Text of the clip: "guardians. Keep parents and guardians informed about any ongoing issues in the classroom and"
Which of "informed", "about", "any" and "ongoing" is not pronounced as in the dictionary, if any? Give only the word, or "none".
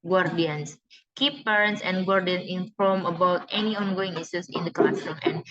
informed